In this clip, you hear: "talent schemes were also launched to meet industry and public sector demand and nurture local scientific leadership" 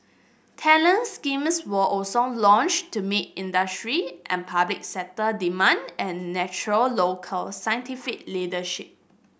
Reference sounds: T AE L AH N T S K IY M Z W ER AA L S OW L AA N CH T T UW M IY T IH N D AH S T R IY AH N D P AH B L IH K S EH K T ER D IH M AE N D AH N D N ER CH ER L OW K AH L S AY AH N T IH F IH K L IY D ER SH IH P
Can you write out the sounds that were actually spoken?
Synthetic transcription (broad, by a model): T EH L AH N S K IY M S W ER AA L S OW L AA N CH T T UW M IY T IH N D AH S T R IY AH N P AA B L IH K S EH T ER D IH M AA N D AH N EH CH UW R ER L OW K AH L S AY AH N T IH F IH K L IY D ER SH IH P